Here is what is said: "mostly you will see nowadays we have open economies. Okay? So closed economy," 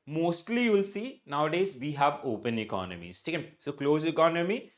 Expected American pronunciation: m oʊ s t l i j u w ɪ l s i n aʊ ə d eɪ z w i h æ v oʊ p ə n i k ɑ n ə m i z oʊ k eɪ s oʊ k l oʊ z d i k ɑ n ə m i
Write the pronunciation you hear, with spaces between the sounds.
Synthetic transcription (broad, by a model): m oʊ s t l i j u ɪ l s i n aʊ ə d eɪ z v i h æ v oʊ p ə n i k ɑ n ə m i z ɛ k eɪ s oʊ k l oʊ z i k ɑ n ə m i